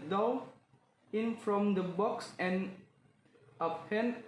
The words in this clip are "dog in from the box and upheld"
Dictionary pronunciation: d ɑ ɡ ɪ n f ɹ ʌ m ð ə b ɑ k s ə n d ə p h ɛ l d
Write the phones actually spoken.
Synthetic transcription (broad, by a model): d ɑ ɪ n f ɹ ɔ m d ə b ɑ k s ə n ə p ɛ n